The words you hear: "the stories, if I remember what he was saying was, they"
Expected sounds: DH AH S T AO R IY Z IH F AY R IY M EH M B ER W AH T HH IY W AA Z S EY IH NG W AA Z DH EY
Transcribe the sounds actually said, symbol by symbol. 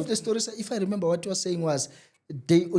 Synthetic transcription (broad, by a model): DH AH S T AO R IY S IH F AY R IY M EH M B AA W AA T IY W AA S EY IH NG W AA Z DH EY